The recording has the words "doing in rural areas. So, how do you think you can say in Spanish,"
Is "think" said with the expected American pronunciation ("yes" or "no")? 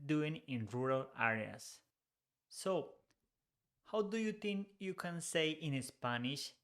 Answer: no